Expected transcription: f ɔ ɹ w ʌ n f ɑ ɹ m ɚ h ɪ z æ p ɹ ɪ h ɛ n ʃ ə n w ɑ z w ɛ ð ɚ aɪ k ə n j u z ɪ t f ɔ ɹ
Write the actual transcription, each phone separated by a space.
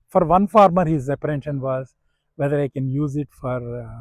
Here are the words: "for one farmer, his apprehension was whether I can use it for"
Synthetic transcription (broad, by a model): f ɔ ɹ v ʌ n f ɑ ɹ m ɚ h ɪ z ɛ p ɪ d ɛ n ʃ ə n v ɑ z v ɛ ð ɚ aɪ k ə n j u z ɪ t f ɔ ɹ